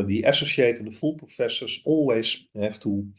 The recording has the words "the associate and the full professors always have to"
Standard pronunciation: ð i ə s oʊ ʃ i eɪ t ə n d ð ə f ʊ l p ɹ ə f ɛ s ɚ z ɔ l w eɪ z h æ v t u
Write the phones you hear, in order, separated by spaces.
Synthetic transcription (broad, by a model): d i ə s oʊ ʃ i eɪ t ə n d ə f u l p ɹ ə f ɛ s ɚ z ɔ l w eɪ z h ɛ f t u